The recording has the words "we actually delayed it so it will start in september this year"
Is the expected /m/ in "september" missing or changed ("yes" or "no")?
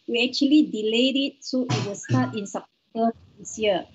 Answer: yes